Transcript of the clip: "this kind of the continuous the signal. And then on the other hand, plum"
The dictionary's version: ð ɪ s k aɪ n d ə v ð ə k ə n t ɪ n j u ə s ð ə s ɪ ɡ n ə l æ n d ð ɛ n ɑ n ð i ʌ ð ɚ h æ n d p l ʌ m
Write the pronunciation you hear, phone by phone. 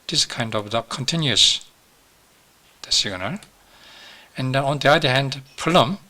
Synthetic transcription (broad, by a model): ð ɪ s k aɪ n d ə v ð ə k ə n t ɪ n j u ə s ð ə s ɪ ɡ n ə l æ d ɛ n ɑ n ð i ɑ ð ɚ h æ n d p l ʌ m